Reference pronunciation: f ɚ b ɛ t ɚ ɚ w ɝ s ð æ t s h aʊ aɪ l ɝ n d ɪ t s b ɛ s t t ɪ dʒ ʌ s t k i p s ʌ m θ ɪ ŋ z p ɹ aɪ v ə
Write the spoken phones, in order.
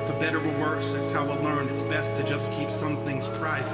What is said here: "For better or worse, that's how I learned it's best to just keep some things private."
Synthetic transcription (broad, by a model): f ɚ b ɛ t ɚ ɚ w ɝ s ð æ t s h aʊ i l ɝ n ɪ t s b ɛ s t t ɪ dʒ ʌ s k i p s ʌ m θ ɪ ŋ z p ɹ aɪ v